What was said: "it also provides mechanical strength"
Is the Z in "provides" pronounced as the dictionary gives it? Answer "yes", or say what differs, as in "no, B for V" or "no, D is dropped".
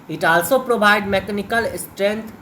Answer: no, Z is dropped